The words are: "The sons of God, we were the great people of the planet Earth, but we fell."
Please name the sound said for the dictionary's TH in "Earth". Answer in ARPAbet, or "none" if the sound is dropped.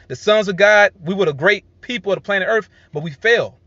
TH